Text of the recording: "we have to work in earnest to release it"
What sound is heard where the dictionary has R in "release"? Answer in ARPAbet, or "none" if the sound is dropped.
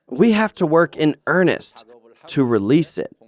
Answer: R